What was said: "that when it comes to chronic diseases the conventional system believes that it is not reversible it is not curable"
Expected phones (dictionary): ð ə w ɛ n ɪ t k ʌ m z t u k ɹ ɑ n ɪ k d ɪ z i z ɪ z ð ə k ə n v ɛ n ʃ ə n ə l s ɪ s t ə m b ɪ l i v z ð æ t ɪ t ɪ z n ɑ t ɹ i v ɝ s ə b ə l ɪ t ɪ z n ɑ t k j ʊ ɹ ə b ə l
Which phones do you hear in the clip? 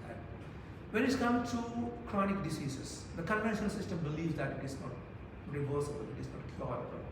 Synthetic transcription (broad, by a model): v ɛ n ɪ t k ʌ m t u k ɹ ɑ n ɪ k d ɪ s i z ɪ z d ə k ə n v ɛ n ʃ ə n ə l s ɪ s t ə m b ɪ l i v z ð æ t ɪ t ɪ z n ɑ t ɹ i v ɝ s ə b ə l ɪ t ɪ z n ɑ t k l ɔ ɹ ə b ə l